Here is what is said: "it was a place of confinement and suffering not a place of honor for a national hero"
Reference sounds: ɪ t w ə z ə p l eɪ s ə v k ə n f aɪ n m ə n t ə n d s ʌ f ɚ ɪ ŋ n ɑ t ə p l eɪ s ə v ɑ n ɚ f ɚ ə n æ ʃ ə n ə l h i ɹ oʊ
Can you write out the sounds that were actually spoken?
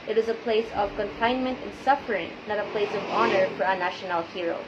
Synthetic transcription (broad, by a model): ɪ t w ə z ə p l eɪ s ə v k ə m f aɪ n m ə n t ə n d s ʌ f ɚ ɪ ŋ n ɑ t ə p l eɪ s ə v ɑ n ɚ f ɚ ə n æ ʃ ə n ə l h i ɹ oʊ